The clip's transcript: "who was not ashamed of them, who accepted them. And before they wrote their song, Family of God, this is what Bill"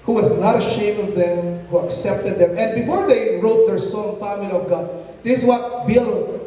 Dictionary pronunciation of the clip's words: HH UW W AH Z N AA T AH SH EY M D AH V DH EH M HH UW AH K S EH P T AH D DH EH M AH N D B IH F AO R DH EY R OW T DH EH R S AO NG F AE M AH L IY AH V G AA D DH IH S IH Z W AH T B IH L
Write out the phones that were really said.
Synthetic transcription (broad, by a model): HH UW W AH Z N AA T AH SH EY M AH V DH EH M HH UW AH K S EH P T AH D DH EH M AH N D B IH F AO R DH EY R OW T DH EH R S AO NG F AE M AH L IY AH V G AA D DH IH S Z W AH T B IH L